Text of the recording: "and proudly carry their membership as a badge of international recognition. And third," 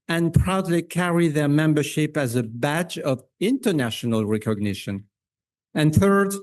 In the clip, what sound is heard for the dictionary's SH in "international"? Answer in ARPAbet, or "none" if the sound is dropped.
SH